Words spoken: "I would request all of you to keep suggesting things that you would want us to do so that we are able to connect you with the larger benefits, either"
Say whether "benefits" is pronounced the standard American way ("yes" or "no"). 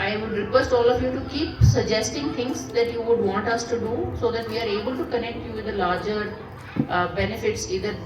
yes